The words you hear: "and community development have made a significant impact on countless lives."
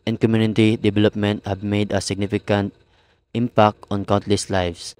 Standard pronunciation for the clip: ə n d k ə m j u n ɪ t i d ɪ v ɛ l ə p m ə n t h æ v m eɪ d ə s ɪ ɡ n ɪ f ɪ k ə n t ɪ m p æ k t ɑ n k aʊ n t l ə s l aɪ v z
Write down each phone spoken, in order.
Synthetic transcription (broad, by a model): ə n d k ə m j u n ɪ t i d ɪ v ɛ l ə p m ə n t h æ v m eɪ d ə s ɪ ɡ n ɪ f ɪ k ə n t ɪ m p æ k t ɑ n k aʊ n t l ə s l aɪ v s